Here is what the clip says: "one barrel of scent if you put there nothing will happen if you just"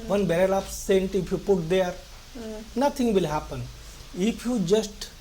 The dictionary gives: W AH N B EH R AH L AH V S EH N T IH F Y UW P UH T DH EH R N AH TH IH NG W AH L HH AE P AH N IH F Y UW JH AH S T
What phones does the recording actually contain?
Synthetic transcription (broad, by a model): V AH N B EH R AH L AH P S EH N T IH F Y UW P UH T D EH R N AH T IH NG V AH L HH AE P AH N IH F Y UW JH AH S T